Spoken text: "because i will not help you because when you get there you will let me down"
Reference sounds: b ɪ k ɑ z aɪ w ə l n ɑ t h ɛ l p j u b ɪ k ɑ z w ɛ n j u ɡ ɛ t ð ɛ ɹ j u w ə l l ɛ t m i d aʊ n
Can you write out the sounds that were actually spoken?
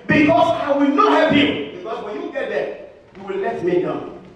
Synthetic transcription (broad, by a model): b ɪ k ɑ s aɪ w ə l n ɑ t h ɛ p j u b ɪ k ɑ s w ɛ n j u ɡ ɛ t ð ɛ j u w ə l l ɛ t m i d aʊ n